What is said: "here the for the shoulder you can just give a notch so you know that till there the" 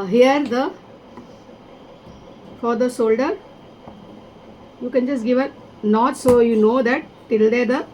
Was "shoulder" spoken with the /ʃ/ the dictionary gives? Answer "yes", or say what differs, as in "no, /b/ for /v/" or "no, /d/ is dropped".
no, /s/ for /ʃ/